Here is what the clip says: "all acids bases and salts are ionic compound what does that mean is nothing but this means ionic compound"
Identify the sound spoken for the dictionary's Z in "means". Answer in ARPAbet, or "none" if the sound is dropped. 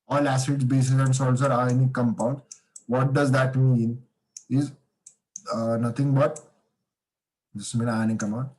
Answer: none